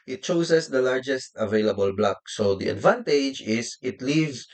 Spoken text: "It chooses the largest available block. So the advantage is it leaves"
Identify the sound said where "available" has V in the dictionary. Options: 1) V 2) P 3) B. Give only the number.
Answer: 1